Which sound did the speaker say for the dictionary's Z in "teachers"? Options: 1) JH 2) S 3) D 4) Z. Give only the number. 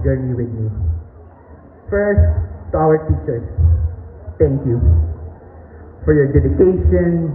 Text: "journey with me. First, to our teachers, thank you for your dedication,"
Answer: 2